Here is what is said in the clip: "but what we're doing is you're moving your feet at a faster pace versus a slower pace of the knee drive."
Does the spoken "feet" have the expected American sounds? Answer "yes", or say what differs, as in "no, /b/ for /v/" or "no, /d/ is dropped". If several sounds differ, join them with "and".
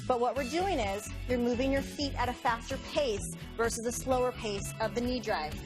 yes